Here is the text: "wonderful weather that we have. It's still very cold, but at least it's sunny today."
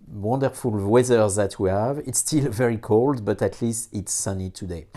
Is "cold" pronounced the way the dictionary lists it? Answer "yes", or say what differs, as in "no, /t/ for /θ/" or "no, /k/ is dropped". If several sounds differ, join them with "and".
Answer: yes